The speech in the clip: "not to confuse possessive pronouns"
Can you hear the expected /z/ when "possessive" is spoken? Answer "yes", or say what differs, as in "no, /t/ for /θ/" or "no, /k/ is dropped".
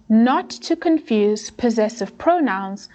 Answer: yes